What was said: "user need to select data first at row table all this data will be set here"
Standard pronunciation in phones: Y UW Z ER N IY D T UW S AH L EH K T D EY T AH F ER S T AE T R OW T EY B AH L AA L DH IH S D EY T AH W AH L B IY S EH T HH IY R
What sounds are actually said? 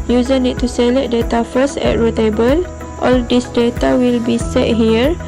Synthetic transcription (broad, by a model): Y UW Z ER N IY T T UW S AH L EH T D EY T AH F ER S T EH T R OW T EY B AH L AA L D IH S D EY T AH W AH L B IY S EH T HH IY R